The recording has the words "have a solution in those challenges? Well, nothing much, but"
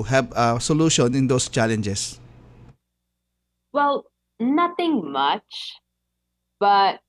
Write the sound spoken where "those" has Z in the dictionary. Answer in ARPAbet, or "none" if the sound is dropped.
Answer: S